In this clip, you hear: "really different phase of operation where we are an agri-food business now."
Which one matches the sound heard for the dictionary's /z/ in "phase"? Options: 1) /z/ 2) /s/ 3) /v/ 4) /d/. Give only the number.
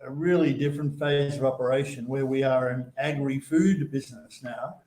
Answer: 1